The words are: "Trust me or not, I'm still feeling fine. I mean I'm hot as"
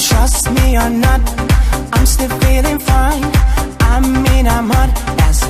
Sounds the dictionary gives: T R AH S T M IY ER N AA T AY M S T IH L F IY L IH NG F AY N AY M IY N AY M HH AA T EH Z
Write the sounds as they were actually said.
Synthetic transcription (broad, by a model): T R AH S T M IY ER N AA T AY M S T IH L F IY L IH NG F AY N AY M IY N AY M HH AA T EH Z